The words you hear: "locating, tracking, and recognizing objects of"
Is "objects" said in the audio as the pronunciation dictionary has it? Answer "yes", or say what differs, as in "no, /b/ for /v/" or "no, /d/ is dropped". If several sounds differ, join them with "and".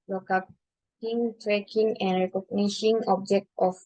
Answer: no, /s/ is dropped